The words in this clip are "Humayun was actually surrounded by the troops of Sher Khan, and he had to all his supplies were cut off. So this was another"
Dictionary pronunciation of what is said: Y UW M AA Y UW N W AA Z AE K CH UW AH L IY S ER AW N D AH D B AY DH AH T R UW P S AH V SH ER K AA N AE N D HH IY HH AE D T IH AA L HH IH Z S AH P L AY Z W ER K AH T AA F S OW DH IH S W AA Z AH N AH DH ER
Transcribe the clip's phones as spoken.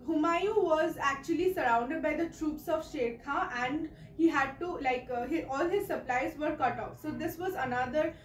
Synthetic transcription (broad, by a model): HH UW M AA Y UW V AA Z AE K CH UW AH L IY S ER AW N D AH D B AY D AH T R UW P S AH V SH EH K AA AE N D HH IY HH AE D T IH AA L HH IH Z S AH P L AY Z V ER K AH T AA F S OW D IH S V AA Z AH N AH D ER